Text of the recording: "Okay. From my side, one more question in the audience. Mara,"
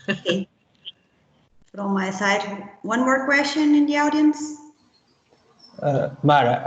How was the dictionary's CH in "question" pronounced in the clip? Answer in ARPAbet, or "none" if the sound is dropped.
SH